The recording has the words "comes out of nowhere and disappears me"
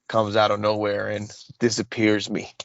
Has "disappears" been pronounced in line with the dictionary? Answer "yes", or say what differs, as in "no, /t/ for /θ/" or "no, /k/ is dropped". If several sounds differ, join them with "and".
yes